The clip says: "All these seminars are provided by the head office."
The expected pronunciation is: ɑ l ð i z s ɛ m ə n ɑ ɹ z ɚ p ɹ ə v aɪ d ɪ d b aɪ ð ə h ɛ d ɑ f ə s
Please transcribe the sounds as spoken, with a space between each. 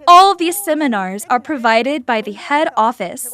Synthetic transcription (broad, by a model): ɑ l ð i z s ɛ m ə n ɑ ɹ z ɚ p ɹ ə v aɪ d ɪ d b aɪ ð ə h ɛ d ɑ f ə s